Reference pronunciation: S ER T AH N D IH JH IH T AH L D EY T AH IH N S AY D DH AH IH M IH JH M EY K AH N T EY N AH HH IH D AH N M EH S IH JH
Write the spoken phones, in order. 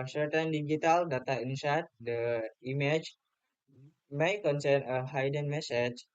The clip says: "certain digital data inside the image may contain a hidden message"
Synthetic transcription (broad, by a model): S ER T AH N D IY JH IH T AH L D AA T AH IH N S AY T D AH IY M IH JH M EY K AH N S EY N AH HH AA D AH N M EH S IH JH